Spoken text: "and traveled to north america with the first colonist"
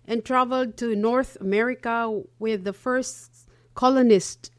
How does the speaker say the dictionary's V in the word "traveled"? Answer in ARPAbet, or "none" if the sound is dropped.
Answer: V